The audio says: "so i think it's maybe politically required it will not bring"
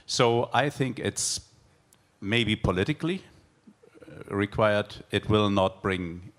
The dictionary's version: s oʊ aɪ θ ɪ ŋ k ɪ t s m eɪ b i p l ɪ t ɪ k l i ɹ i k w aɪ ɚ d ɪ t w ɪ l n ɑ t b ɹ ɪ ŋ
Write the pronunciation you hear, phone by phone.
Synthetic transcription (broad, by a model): s oʊ aɪ θ ɪ ŋ k ɪ t s m eɪ b i p l ɪ t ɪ k l i ɹ i k w aɪ ɚ d ɪ t w ɪ l n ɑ t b ɹ ɪ ŋ